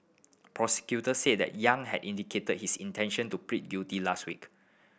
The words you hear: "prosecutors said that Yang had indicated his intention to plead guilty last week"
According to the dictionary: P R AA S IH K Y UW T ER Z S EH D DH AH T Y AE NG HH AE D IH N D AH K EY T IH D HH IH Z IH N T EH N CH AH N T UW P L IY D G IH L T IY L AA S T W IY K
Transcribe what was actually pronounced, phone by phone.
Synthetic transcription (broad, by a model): P R AA S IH K Y UW T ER S EH D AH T Y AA NG HH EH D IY N D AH K EY T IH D HH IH S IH N T EH N SH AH N T UW P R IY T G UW T IY L AA S T W IY K